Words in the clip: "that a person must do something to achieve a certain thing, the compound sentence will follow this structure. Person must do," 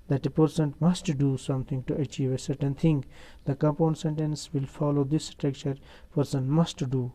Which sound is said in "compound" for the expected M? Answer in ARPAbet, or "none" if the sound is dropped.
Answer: none